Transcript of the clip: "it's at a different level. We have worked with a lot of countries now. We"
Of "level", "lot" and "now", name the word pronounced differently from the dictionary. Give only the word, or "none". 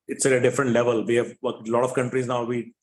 none